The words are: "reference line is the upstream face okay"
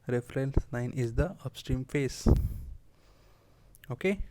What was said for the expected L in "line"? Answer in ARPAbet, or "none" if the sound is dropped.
N